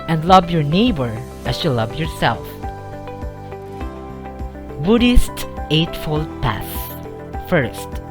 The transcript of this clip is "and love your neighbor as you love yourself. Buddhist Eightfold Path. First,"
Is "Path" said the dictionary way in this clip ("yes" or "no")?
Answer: no